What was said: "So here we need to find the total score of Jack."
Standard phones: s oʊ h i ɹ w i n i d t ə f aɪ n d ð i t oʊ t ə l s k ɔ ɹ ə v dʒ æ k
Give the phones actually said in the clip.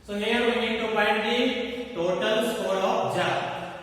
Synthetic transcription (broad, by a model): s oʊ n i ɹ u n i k t ə p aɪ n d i t oʊ t ə l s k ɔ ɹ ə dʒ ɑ